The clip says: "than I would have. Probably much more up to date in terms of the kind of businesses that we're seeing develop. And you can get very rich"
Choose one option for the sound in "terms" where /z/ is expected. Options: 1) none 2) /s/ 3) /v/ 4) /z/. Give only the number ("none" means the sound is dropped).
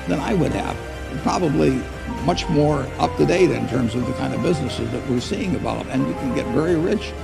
4